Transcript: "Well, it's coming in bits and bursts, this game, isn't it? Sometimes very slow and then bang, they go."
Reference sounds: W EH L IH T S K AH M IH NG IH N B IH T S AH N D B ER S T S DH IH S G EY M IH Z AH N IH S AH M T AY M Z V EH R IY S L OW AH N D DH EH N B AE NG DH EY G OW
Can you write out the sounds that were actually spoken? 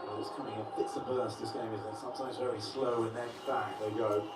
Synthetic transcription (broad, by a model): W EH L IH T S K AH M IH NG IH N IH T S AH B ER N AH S DH IH S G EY IH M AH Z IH S AH M T AY M Z V EH R IY S L OW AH N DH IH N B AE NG DH EY G OW